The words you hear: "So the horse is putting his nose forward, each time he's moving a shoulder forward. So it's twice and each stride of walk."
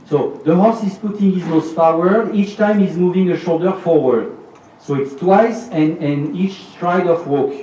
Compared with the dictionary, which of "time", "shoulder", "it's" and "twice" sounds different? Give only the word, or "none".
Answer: none